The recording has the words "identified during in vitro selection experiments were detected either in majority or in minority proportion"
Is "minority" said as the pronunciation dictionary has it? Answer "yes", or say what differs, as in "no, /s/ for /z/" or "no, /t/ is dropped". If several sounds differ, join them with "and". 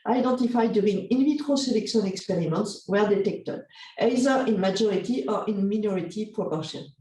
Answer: yes